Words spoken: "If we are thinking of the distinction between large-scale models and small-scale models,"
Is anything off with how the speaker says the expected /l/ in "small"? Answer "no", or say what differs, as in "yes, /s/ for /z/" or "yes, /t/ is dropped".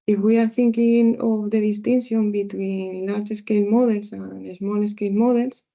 yes, /n/ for /l/